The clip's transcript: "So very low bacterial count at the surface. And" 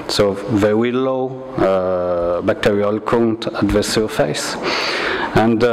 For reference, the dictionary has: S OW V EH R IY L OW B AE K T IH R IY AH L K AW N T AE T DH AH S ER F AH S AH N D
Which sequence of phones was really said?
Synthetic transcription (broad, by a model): S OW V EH W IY L OW B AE K T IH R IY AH L K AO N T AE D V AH S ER F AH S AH N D